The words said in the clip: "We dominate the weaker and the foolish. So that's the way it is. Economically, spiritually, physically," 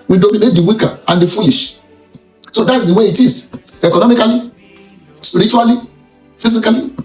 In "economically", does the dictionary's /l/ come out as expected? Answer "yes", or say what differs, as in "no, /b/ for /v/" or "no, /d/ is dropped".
no, /l/ is dropped